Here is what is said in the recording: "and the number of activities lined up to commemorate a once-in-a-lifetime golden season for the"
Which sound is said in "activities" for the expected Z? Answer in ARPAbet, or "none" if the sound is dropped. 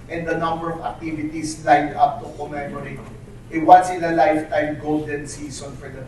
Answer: S